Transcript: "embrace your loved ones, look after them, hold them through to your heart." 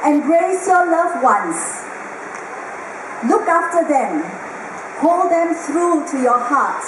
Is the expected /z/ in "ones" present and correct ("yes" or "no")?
no